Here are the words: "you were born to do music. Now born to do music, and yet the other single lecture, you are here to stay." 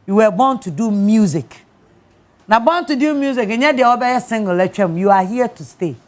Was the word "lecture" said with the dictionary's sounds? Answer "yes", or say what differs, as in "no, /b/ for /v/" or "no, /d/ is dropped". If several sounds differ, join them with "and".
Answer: no, /k/ is dropped